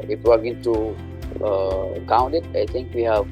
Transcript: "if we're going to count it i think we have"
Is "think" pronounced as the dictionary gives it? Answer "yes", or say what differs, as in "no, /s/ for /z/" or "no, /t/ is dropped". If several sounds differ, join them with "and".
no, /t/ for /θ/